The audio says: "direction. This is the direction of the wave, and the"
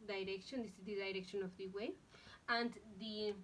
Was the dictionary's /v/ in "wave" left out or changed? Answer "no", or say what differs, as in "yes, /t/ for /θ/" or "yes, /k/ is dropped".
yes, /v/ is dropped